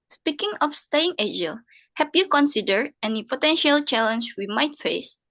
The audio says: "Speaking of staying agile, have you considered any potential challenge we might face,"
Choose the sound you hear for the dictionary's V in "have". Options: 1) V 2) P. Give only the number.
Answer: 2